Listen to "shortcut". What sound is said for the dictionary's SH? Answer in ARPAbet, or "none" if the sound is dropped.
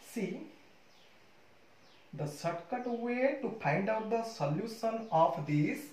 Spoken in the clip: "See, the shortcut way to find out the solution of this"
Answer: S